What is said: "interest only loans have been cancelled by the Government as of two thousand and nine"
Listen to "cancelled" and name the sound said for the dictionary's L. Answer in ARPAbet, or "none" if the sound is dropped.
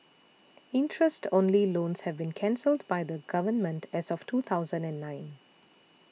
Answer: L